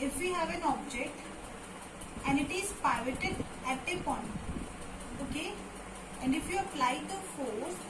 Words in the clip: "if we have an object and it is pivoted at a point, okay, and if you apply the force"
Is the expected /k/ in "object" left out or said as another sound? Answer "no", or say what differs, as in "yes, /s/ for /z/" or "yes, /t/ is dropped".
no